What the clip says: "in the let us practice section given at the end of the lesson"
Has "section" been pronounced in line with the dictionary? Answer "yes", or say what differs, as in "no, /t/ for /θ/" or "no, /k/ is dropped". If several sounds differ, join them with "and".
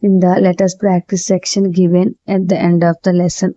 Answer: yes